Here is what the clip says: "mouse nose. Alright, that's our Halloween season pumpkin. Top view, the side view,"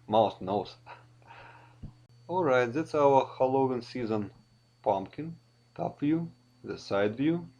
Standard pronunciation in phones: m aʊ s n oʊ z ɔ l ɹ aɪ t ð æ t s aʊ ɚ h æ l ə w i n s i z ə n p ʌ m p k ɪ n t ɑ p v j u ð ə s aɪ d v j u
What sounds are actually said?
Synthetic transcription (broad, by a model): m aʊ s n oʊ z ɔ l ɹ aɪ t ð æ t s aʊ ɚ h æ l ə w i n s i z ə n p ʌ m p k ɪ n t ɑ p v j u ð ə s aɪ d v j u